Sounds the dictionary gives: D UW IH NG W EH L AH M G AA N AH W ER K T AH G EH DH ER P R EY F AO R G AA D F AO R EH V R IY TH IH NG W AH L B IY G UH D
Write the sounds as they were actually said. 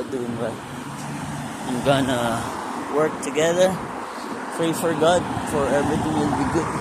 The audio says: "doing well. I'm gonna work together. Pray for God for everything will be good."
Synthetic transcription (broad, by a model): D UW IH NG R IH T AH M G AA N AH W ER K T AH G EH DH ER P R EY F AO R G AA D F AO R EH R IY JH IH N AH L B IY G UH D